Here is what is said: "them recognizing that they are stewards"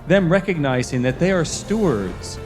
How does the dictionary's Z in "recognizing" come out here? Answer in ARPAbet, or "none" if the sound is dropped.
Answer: Z